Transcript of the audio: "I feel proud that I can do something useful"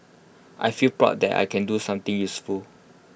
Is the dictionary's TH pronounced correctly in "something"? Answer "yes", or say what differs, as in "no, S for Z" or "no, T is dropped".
no, T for TH